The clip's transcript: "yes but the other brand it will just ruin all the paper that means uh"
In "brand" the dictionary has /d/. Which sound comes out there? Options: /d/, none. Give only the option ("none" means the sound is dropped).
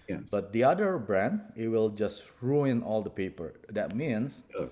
/d/